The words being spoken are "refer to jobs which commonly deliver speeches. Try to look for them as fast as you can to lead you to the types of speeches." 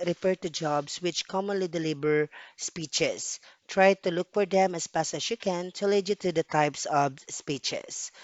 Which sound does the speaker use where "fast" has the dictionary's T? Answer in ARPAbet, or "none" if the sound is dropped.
none